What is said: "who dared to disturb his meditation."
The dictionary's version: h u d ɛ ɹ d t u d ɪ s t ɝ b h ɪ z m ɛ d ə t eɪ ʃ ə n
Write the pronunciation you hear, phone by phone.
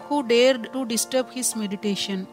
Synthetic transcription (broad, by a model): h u d ɛ ɹ d t u d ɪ s t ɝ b h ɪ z m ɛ d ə t eɪ ʃ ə n